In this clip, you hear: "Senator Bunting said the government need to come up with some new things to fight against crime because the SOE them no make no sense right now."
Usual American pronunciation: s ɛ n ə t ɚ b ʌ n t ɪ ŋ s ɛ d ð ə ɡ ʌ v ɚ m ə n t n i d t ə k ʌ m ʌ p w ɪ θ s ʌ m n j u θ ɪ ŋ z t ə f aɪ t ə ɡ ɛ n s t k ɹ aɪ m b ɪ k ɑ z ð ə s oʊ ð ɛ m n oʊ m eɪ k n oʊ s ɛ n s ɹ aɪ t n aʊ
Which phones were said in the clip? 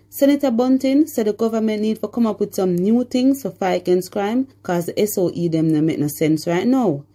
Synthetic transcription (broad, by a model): s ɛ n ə t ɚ b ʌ n t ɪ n s ɛ d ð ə ɡ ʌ v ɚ m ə n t n i d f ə k ʌ m ʌ p w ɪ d s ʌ m n j u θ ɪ ŋ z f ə f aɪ ə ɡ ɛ n s k ɹ aɪ m k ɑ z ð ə s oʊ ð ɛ m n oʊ m eɪ k n oʊ s ɛ n s ɹ aɪ t n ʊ